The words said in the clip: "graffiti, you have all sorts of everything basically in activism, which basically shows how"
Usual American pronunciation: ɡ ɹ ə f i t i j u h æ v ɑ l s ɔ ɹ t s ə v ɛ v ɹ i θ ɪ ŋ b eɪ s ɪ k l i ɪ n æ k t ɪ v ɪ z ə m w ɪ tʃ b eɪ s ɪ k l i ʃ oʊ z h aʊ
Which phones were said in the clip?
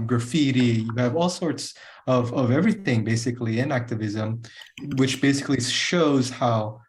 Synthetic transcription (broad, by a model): ɡ ɹ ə f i t i j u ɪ v ɑ l s ɔ ɹ t s ə v ɛ v ɹ i θ ɪ ŋ b eɪ s ɪ k l i ɪ n æ k t ɪ v ɪ z ə m w ɪ tʃ b eɪ s ɪ k l i ʃ oʊ z h aʊ